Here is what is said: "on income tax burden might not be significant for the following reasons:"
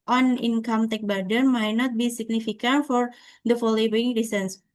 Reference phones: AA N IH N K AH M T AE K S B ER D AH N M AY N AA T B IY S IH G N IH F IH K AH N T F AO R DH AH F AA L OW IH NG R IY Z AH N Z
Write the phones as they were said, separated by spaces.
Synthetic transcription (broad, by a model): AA N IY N K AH M T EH K B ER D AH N M AY N AA T B IY S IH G N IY F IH K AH N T F AO R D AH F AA L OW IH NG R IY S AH N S